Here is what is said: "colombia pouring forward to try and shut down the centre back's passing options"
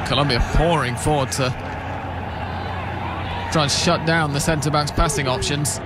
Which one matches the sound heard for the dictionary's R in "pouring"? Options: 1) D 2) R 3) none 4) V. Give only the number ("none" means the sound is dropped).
2